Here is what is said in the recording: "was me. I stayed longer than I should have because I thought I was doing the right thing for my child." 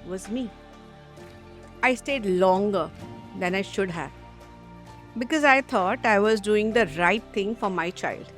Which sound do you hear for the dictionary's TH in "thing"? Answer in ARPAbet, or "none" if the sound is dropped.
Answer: T